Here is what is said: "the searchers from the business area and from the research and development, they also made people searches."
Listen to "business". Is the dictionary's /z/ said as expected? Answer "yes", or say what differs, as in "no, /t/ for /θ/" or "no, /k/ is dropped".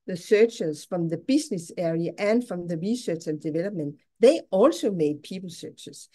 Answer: no, /s/ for /z/